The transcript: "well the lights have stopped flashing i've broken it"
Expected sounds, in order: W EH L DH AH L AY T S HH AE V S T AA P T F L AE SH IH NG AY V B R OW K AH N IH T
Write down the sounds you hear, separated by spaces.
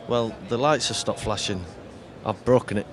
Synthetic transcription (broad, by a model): W EH L DH AH L AY T S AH S T AA P F L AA SH IH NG AY V B R OW K AH N IH T